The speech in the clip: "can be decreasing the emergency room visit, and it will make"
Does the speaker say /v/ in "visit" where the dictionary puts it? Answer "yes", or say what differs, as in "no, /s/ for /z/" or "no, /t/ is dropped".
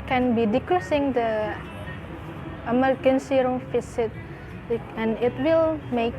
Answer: no, /f/ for /v/